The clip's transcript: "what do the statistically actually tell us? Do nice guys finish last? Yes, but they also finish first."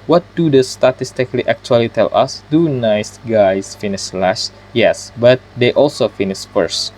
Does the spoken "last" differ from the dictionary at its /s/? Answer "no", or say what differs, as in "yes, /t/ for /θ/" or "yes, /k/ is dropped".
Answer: yes, /ʃ/ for /s/